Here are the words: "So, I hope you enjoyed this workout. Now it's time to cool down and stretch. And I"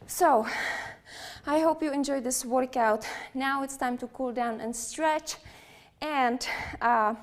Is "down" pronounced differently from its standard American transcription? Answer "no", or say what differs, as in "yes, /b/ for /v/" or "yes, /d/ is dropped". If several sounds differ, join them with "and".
no